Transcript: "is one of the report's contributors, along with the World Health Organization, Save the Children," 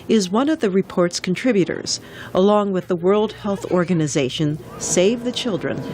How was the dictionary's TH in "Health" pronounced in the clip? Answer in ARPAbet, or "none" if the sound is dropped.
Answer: TH